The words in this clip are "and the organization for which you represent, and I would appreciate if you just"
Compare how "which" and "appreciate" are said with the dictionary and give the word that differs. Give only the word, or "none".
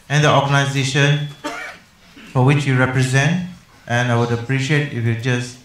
none